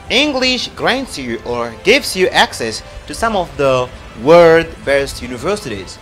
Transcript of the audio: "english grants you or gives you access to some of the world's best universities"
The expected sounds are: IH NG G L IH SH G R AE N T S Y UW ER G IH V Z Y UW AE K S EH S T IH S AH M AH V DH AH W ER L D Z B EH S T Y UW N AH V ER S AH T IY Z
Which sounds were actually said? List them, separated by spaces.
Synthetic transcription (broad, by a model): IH NG G L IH SH G R AE N T S Y UW ER G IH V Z Y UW AE K S EH S T IH S AH M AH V DH AH W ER D B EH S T Y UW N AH V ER S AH T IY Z